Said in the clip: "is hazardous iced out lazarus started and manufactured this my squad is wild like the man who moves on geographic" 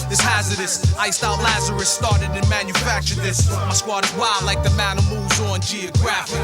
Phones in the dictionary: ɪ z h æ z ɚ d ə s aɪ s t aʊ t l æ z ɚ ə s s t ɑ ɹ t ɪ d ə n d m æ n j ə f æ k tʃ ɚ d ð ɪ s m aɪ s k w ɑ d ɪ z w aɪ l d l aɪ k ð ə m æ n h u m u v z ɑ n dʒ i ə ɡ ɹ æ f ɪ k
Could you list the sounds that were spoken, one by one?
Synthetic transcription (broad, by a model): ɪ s h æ z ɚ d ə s aɪ s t aʊ t l æ z ɚ ə s s t ɑ ɹ t ɪ d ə n m æ n j ə f æ k tʃ ɚ d ð ɪ s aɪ s k w ɑ d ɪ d w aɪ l l aɪ k ð ə m æ n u m u v z n dʒ i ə ɡ ɹ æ f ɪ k